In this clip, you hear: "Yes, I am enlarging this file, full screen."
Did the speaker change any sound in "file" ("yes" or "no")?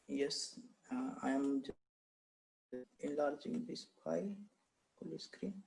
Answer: yes